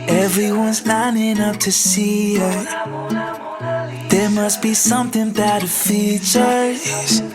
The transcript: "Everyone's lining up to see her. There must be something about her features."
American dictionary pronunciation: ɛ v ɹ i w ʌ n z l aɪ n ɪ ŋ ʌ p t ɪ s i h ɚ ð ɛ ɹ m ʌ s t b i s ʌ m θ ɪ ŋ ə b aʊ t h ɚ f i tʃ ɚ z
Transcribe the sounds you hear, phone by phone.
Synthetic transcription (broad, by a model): ɛ v ɹ i w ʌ n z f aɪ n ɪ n ʌ f t ɪ s i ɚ ð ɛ ɹ m ʌ s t b i s ʌ m θ ɪ ŋ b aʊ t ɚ f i tʃ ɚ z